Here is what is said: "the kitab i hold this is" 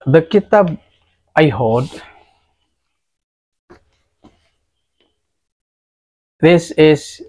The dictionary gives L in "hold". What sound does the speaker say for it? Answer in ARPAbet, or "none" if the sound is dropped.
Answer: none